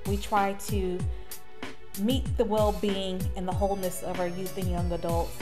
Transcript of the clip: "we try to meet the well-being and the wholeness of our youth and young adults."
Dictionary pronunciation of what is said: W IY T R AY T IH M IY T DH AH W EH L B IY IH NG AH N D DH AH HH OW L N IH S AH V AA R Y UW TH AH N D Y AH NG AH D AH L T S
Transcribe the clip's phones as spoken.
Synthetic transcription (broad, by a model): W IY T R AY T IH M IY T DH AH W EH L B IY IH NG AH N DH AH HH OW L N IH S AH V AA R Y UW TH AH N Y AH NG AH D AH L T S